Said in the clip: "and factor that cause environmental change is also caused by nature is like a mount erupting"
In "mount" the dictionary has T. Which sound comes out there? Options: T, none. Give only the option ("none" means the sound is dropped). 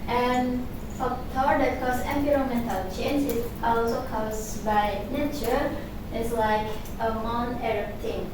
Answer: none